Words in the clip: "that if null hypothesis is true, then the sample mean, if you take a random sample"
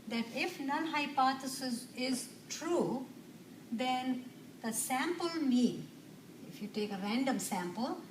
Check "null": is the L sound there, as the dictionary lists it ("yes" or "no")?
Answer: no